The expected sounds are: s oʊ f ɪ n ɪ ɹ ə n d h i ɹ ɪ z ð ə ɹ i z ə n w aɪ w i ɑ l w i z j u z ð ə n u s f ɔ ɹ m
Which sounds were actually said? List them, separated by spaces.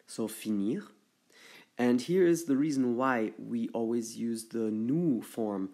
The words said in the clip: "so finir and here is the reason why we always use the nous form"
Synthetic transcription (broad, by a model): s oʊ f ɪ n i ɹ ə n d h i ɹ ɪ z ð ə ɹ i z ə n w aɪ w i ɑ l w i z j u z ð ə n u f ɔ ɹ m